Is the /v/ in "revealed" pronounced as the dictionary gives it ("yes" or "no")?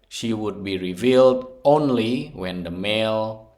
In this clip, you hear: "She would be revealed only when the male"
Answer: yes